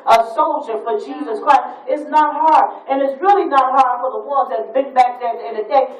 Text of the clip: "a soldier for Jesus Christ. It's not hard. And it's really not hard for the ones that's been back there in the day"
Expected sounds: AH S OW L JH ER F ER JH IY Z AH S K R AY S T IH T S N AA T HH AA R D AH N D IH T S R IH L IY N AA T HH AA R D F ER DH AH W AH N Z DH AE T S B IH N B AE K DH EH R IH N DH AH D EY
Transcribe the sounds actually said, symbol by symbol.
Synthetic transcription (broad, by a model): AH S OW L JH ER F ER JH IY Z AH S K R AY S T IH T S N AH T HH AA R D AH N IH T S R IH L IY N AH T HH AA R D F ER DH AH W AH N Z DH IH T B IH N B AE K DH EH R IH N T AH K